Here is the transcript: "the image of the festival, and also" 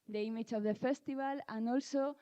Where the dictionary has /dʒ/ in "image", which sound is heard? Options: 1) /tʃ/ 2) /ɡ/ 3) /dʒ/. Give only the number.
1